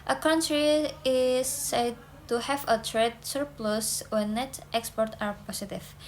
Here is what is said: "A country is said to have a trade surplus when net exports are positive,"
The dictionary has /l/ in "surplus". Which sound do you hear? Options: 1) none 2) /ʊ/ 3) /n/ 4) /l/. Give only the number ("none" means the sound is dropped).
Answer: 4